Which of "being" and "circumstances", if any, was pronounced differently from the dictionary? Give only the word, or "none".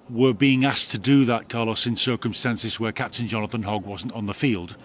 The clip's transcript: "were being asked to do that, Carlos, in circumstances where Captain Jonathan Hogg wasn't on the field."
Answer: none